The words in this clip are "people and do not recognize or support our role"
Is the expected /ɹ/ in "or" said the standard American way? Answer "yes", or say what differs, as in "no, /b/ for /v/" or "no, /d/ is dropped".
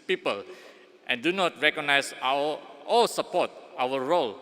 no, /l/ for /ɹ/